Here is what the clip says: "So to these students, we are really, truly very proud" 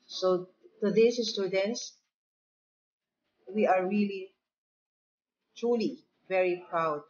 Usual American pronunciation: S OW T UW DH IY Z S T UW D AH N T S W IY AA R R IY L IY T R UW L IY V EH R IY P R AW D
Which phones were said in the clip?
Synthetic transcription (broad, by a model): S OW T UW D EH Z S T UW D AH N T S W IY AA R R IY L IY T R UW L IY V EH R IY P R AW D